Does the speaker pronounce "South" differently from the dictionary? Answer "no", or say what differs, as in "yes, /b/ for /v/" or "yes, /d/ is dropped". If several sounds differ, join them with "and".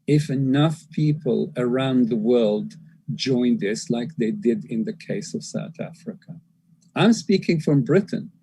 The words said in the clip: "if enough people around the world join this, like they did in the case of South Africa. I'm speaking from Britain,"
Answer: no